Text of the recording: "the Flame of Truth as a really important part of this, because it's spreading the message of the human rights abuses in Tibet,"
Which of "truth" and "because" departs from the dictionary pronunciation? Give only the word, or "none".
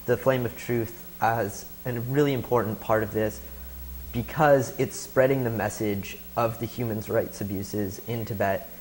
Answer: none